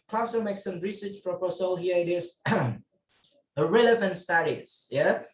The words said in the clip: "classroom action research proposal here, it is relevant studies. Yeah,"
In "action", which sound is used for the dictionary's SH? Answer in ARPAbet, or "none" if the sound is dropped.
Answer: S